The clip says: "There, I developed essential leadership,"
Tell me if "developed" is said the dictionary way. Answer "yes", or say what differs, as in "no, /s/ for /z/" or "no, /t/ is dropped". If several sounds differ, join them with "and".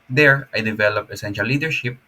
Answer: no, /t/ is dropped